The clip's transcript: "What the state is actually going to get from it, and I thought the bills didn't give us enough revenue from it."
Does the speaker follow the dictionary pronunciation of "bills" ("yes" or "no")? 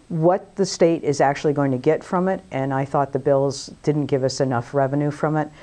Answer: yes